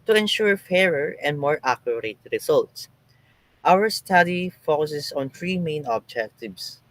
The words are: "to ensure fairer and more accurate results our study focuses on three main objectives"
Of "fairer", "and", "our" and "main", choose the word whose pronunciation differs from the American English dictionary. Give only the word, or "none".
none